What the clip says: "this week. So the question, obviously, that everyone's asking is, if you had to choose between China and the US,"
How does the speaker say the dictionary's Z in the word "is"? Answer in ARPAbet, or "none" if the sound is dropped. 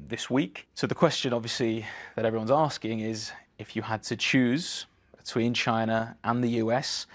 Z